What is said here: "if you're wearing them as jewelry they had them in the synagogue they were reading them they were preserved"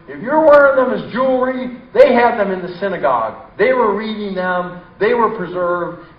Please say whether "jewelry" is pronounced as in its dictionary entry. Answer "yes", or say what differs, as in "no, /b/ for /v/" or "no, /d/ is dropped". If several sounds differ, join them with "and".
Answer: yes